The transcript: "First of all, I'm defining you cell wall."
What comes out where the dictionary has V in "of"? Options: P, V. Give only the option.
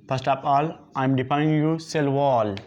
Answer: P